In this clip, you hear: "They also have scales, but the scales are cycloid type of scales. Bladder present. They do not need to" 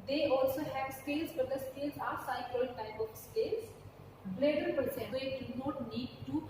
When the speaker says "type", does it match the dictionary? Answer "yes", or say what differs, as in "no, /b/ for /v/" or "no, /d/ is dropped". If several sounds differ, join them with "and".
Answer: no, /b/ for /p/